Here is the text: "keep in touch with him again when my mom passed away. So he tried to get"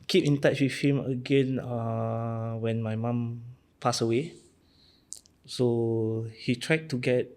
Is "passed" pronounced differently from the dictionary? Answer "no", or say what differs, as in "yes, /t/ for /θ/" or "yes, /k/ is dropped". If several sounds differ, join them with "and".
yes, /t/ is dropped